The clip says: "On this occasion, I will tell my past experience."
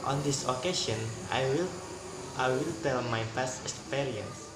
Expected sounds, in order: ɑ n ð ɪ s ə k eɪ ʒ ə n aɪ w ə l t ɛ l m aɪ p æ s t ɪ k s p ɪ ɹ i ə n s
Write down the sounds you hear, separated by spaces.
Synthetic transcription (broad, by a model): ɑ n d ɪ s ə k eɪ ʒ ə n aɪ w ə l t ɛ l m aɪ f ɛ s t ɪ k s p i ɹ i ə n s